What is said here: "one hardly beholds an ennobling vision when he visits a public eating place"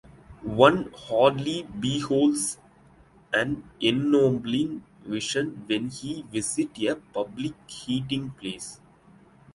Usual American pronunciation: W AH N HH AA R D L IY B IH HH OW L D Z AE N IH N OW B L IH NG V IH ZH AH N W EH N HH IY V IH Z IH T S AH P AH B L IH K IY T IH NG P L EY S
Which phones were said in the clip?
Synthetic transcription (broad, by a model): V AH N HH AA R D L IY B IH HH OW L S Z AE N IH N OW B L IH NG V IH SH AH N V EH N HH IY V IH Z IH T AH P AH B L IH K IY T IH NG P L EY S